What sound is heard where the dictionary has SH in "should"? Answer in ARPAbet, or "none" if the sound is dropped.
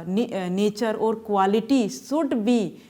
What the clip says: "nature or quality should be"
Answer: S